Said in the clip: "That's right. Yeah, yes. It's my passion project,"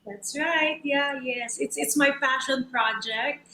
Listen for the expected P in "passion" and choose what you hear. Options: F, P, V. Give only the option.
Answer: F